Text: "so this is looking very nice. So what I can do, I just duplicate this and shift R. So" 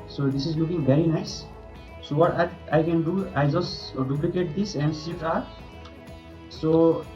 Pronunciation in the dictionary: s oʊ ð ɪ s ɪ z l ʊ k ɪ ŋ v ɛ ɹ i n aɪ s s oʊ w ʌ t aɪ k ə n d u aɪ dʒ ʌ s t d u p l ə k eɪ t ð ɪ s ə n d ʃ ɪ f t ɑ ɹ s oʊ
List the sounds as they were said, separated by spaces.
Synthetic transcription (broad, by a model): s oʊ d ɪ s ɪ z l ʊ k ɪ ŋ v ɛ ɹ i n aɪ s s oʊ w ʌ t aɪ k ə n d u aɪ dʒ ʌ s t d u p l ə k eɪ t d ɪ s ə n d s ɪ t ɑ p s oʊ